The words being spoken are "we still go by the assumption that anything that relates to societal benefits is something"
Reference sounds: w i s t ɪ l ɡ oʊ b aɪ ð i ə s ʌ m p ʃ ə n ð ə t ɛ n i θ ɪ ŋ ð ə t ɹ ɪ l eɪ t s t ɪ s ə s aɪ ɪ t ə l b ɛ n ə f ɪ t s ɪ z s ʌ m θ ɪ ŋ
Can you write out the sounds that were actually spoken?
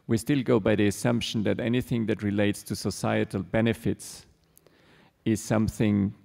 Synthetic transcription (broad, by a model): w i s t ɪ l ɡ oʊ b aɪ ð i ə s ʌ m p ʃ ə n ð ə t ɛ n i θ ɪ ŋ ð ə t ɹ ɪ l eɪ t s t ɪ s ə s aɪ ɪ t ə l b ɛ n ə f ɪ t s ɪ z s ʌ m θ ɪ ŋ